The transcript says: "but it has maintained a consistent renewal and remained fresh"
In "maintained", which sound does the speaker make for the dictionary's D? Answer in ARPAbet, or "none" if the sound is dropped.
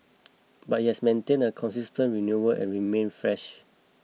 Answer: none